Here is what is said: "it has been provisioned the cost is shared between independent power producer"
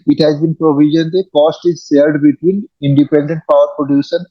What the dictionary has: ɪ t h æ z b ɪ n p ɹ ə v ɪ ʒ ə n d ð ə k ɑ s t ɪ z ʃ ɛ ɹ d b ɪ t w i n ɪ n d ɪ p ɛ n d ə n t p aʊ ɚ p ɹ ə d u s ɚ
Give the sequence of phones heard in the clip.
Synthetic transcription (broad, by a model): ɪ t h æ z b ɪ n p ɹ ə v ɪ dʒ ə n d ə k ɑ s t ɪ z s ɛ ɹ d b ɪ t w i n ɪ n d ɪ p ɛ n d ə n t p aʊ ɚ p ɹ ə d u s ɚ